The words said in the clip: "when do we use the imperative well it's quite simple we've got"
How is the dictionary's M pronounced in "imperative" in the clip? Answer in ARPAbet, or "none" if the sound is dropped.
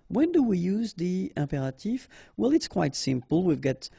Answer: none